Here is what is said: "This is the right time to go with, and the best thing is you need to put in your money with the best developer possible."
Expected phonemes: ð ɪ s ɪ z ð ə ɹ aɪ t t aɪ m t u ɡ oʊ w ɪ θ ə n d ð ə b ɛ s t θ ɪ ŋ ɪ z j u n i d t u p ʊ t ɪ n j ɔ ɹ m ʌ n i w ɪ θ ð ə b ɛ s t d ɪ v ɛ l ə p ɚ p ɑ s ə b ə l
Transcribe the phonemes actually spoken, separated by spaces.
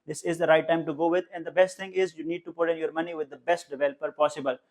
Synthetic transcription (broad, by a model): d ɪ s ɪ z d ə ɹ aɪ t t aɪ m t u ɡ oʊ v ɪ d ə n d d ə b ɛ s t t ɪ ŋ ɪ z j u n i d t u p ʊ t ɪ n j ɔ ɹ m ʌ n i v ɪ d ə b ɛ s t d ɪ v ɛ l ə p ɚ p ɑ s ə b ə l